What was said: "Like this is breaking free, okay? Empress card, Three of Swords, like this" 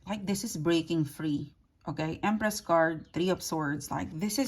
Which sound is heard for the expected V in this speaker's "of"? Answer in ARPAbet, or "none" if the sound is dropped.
P